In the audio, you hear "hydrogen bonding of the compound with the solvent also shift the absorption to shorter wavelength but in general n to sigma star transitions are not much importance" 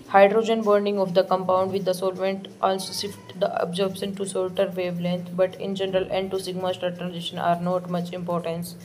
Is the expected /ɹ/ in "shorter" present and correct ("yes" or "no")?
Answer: no